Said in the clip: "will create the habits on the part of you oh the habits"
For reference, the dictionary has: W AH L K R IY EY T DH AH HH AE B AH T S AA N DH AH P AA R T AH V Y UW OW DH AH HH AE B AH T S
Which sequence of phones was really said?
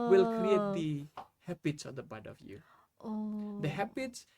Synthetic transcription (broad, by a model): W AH L K R IY EY T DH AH HH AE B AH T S AA N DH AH B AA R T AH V Y UW OW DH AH HH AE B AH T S